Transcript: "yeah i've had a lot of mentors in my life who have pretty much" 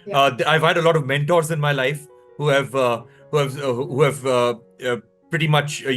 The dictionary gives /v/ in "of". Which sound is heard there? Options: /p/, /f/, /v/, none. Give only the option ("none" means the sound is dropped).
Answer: /v/